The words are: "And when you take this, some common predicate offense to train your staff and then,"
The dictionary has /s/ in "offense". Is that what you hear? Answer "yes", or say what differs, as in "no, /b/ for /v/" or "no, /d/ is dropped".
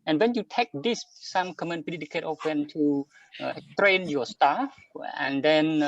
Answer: no, /s/ is dropped